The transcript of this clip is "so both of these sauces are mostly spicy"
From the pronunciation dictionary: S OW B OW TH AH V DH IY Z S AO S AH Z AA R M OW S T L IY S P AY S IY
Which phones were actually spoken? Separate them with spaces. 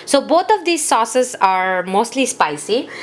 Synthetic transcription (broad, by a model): S OW B OW T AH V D IY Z S AO S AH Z AA R M OW S T L IY S P AY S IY